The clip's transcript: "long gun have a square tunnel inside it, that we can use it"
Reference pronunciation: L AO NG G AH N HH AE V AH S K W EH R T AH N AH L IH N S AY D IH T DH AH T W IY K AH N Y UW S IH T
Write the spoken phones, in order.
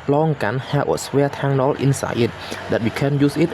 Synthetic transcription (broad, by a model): L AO NG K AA N HH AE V AH S W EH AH T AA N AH L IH N S AY IH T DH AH T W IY K AH N Y UW S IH T